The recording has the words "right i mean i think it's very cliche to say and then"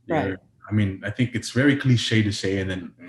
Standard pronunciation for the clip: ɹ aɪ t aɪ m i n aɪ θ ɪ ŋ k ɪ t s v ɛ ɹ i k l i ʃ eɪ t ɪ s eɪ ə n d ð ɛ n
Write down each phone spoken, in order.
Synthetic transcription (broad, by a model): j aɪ aɪ m i n aɪ θ ɪ ŋ k ɪ t s v ɛ ɹ i k l i ʃ eɪ t ɪ s eɪ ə n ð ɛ n